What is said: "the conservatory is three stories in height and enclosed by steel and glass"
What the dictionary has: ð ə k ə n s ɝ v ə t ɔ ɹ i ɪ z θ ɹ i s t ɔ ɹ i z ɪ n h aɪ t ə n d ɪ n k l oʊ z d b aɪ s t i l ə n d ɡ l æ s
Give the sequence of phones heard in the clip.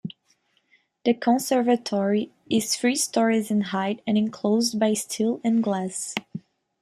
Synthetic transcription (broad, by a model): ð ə k ə n s ɝ v ə t ɔ ɹ i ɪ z f ɹ i s t ɔ ɹ i z ɪ n h aɪ t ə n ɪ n k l oʊ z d b aɪ s t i l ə n ɡ l æ s